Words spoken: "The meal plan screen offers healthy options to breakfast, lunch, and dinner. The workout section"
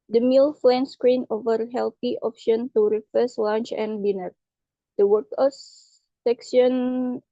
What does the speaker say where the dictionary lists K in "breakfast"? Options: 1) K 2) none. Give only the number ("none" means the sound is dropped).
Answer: 2